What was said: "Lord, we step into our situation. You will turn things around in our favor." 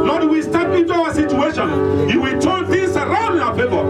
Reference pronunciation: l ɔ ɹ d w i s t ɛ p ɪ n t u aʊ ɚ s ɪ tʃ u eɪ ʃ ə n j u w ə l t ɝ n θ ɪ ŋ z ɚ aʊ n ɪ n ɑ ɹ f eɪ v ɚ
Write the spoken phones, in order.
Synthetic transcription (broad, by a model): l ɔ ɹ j w i s t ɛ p ɪ n t u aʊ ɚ s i tʃ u eɪ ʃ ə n j u w ə l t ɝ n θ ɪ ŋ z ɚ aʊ ɪ n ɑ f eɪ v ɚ